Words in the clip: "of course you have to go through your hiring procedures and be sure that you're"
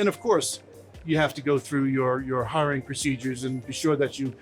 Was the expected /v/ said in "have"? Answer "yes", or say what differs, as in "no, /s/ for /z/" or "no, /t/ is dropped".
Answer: no, /f/ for /v/